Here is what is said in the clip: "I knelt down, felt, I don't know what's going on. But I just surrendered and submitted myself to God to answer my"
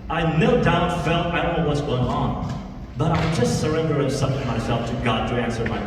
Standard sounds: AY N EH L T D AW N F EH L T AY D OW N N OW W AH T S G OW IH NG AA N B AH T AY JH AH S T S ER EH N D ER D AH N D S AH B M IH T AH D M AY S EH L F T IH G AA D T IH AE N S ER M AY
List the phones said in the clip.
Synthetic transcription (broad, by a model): AY N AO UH D AW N F EH L T AY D OW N N OW W AH T S G OW IH NG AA N B AH T AY JH AH S T S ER EH N D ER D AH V S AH M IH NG M AY S EH L F T IH G AA D T IH AE N S ER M AY